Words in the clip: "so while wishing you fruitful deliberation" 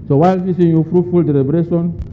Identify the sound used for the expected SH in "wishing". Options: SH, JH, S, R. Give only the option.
S